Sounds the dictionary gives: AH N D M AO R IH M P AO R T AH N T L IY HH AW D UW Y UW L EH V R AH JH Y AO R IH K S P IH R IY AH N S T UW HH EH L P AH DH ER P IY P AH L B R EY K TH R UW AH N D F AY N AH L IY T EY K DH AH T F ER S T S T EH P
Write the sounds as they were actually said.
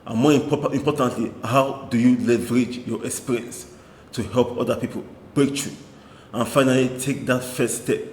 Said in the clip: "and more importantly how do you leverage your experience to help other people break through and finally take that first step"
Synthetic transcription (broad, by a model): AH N M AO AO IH M P AO T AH N T L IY HH AW D UW Y UW L EH V R AH JH Y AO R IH K S P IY R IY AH N S T UW HH EH L P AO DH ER P IY P AH L B R EY K T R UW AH N F AY N AH L IY T EY K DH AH T F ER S S T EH P